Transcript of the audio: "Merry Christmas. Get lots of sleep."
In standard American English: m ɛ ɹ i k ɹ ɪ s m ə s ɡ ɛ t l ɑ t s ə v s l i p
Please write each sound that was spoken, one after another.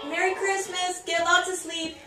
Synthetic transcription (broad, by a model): m ɛ ɹ i k ɹ ɪ s m ə s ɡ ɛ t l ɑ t ə s l i p